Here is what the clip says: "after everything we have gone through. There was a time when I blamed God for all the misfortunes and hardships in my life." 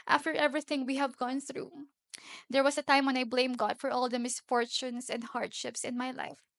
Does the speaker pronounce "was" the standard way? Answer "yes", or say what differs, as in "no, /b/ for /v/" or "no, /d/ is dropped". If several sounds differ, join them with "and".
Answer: no, /s/ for /z/